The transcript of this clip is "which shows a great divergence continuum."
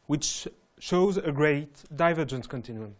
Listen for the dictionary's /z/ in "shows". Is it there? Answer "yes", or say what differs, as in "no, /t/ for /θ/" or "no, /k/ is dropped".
yes